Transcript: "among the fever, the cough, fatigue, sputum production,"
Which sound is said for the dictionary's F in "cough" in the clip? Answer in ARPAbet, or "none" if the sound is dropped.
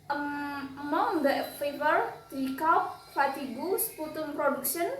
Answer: P